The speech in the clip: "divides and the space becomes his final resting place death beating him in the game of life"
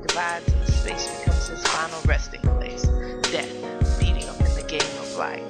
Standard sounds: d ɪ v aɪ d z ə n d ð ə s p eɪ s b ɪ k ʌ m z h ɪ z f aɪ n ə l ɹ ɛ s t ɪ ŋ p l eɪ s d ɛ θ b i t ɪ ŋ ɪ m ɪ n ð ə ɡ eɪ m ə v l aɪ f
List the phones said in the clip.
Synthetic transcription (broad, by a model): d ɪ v aɪ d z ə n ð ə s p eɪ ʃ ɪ k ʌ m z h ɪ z f aɪ n l ɹ ɛ s t ɪ ŋ p l eɪ s d ɛ θ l i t ɪ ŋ ɪ m ɪ n ð ə ɡ eɪ m ə v l aɪ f